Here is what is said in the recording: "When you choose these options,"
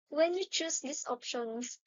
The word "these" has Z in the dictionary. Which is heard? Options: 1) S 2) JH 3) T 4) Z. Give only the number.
1